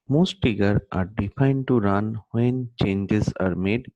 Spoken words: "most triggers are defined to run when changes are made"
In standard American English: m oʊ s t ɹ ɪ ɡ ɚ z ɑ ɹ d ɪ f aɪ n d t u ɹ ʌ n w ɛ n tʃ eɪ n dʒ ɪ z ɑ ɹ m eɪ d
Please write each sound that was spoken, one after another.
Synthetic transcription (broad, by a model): m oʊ s t ɪ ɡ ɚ ɑ ɹ d ɪ f aɪ n d t u ɹ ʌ n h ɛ n tʃ eɪ n dʒ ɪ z ɑ ɹ m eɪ d